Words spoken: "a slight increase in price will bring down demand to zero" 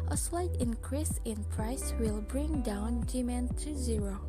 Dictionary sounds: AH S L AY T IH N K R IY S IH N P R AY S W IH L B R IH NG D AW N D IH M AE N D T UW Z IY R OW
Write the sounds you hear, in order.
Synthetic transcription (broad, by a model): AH S L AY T IH N K R IY S IH N P R AY S W IH L B R IH NG D AW N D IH M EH N T UW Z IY R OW